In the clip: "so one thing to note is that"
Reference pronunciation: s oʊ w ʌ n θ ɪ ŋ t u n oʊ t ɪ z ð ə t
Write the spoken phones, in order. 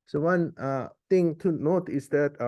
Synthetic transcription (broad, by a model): s oʊ w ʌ n t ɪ ŋ t u n oʊ t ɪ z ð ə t